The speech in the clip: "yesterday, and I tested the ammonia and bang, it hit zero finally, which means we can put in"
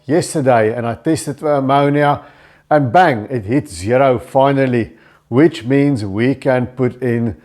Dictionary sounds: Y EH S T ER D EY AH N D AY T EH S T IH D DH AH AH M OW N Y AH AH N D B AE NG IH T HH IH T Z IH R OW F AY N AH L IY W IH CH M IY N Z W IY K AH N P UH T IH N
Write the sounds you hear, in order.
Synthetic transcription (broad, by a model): Y EH S T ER D EY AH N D AY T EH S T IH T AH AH M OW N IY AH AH N B AE NG IH T HH IH T Z IH R OW F AY N AH L IY W IH CH M IY N Z W IY K AH N P UH T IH N